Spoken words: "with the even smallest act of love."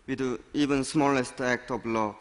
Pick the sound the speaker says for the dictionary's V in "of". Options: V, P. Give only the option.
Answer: P